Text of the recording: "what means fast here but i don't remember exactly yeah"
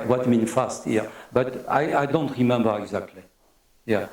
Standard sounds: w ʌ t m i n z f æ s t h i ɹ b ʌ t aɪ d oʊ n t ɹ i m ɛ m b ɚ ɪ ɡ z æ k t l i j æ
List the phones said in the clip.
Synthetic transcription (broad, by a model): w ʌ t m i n f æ s t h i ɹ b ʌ t aɪ d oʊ n t ɹ i m ɛ m b ɚ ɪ ɡ z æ k t l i j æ